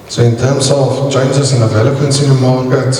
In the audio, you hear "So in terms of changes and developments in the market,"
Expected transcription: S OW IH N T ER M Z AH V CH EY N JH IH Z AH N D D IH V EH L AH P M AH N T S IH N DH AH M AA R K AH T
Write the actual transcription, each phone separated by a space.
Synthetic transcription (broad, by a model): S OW IH N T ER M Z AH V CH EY N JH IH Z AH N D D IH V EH L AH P AH N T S IH N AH M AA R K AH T